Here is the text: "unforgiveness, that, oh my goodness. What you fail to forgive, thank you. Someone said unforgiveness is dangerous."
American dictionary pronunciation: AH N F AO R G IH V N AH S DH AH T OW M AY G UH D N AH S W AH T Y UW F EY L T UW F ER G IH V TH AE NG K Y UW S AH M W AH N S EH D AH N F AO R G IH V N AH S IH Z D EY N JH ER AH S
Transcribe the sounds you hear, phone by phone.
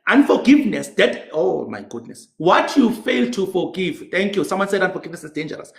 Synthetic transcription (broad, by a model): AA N F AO G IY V N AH S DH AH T OW M AY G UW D N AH S W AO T Y UW F EY L T UW F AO G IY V T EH NG K Y UW S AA M W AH N S EH D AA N F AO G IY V N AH S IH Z D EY N JH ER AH S